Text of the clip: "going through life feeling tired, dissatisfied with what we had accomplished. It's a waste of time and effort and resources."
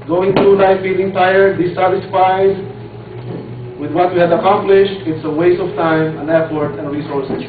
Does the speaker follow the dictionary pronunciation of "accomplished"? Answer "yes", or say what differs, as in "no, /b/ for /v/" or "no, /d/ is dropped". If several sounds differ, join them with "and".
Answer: yes